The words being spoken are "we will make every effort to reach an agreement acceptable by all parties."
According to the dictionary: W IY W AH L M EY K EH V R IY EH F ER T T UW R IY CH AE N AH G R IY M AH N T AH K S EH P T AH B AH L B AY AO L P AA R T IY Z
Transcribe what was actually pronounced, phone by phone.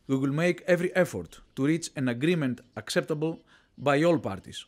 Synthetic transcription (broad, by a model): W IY W AH L M EY K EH V R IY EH F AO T T UW R IY CH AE N AH G R IY M AH N T AH K S EH P T AH B AH L B AY AO L P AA R T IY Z